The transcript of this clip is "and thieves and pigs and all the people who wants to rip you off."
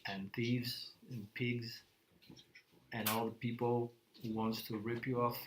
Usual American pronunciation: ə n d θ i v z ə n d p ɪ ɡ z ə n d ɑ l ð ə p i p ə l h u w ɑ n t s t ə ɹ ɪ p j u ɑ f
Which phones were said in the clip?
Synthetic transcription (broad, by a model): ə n θ i v z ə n p ɪ ɡ z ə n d ɑ l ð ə p i p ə l h u w ɑ n t s t ə ɹ ɪ p j u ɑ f